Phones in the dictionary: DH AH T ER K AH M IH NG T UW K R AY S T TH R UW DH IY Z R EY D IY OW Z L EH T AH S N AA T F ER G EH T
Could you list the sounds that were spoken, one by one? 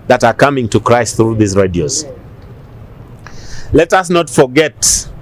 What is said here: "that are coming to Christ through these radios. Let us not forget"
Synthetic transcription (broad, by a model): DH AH T ER K AH M IH NG T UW K R AY S T TH R UW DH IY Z R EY D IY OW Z L EH T AH S N AA T F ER G EH T